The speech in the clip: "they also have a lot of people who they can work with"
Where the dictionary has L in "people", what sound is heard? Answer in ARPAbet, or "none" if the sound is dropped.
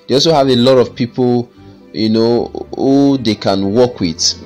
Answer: N